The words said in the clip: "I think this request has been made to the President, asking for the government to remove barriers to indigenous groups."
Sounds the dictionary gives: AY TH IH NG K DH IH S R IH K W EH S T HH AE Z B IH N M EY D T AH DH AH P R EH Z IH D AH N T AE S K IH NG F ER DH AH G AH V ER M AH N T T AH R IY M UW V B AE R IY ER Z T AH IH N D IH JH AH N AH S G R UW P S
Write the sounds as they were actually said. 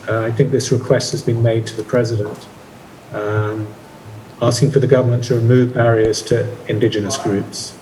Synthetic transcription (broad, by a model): AY TH IH NG K DH IH S R IH K W EH S T HH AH Z B IH N M EY D T AH DH AH P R EH Z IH D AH N T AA S K IH NG F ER DH AH G AH V ER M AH N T T AH R IY M UW V B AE R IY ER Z T AH IH N D IH JH AH N AH S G R UW P S